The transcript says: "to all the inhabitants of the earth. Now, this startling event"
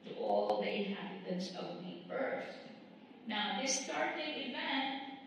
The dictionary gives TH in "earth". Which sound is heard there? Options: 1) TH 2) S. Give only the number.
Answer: 2